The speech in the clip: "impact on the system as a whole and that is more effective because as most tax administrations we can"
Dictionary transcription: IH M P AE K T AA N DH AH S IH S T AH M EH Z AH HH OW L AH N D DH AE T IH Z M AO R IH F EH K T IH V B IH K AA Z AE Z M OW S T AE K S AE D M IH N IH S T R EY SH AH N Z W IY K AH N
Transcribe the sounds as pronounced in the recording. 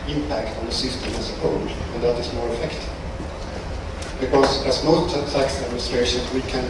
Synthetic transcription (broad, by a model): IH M P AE K T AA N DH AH S IH S T AH M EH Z AH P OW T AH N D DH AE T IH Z M AO R IH F EH K T IH V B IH K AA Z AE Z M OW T T AE K S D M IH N S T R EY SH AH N W IY K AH N